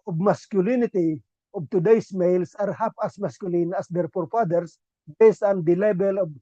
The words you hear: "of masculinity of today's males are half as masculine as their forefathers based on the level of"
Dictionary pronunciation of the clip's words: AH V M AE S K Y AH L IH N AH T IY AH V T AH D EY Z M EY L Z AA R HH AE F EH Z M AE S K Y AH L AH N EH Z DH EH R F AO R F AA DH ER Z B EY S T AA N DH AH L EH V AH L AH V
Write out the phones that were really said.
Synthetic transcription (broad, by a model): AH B M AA S K Y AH L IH N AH T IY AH B T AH D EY S M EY L S AA R HH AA P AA S M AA S K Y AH L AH N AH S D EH R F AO R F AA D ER S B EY S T AA N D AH L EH B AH L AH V